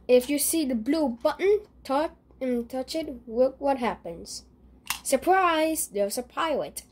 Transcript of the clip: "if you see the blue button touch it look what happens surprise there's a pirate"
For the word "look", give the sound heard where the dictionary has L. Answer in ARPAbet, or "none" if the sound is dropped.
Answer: W